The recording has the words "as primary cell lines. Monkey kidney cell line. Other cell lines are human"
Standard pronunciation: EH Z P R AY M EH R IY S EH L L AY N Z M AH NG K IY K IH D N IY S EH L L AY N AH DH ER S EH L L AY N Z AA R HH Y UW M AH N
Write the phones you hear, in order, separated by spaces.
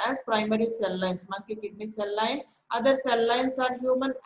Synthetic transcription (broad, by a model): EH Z P R AY M EH R IY S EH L L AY N S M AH K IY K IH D N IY S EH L L AY N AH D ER S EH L L AY N S AA R HH Y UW M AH N